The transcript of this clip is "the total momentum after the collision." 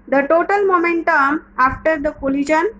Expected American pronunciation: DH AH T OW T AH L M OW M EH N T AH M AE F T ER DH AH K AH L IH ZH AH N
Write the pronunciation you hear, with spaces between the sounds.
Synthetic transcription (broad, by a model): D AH T OW T AH L M OW M EH N T AH M AE F T ER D AH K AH L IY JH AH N